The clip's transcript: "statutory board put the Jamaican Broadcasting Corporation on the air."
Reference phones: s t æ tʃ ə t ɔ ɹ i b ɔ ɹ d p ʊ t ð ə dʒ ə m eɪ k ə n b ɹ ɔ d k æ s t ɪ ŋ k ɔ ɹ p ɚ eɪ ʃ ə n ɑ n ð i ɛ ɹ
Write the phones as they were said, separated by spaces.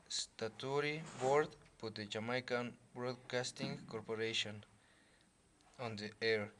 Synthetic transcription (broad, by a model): s t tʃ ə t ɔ ɹ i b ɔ ɹ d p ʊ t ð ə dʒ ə m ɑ k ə n b ɹ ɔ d k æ s t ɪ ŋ k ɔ ɹ p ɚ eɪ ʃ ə n ɑ n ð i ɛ ɹ